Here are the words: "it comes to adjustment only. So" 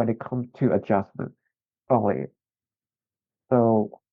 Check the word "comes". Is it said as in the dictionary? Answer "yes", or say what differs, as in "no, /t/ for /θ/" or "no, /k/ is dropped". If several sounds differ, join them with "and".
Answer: no, /z/ is dropped